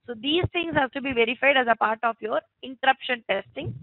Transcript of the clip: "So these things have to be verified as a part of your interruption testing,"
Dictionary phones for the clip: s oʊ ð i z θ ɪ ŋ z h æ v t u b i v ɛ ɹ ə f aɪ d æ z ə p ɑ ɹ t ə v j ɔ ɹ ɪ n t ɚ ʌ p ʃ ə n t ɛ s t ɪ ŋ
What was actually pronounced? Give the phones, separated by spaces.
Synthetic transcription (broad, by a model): s oʊ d i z t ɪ ŋ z h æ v t u b i v ɛ ɹ ə f aɪ d æ z ə p ɑ ɹ t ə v j ɔ ɹ ɪ n t ɚ ʌ p ʃ ə n t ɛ s t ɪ ŋ